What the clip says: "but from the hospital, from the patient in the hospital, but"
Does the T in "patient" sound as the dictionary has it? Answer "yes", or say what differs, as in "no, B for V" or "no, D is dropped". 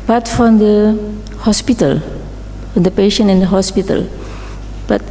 no, T is dropped